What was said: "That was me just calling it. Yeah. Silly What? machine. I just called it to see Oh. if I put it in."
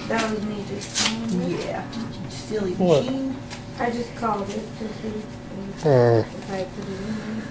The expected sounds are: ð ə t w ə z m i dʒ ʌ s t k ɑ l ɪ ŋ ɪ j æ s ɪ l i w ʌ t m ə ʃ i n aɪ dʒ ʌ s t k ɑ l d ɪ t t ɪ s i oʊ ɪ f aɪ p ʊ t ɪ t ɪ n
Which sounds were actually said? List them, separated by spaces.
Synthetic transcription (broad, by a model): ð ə t w ə z m i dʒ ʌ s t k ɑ ɪ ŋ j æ s ɪ l i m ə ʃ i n aɪ dʒ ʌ s k ɑ l d ɪ t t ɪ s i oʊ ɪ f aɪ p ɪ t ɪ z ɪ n